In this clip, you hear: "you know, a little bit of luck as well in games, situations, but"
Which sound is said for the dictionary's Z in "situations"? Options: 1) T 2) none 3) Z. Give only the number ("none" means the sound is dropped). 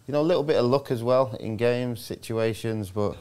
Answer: 3